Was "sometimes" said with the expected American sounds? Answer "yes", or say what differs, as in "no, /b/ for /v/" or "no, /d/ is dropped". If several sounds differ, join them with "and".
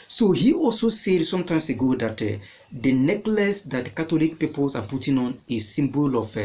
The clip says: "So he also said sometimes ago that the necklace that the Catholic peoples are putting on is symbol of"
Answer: no, /s/ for /z/